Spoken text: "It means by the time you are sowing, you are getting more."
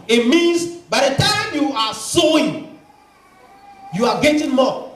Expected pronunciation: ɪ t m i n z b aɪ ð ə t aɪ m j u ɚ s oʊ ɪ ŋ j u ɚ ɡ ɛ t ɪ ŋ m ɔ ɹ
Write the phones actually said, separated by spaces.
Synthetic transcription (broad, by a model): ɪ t m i n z b aɪ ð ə t aɪ m j u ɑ s oʊ ɪ ŋ j u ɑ ɡ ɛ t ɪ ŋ m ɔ